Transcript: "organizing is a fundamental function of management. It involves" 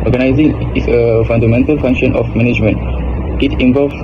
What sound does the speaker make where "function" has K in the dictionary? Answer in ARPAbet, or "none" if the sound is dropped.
K